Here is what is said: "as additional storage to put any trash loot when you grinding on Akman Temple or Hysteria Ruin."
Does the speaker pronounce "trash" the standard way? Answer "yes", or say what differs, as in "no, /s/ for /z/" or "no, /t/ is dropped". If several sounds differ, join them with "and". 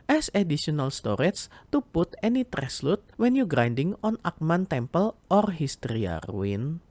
no, /s/ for /ʃ/